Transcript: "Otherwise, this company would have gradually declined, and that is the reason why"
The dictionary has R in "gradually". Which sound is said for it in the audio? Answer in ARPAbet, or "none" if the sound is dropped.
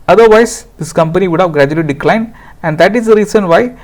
R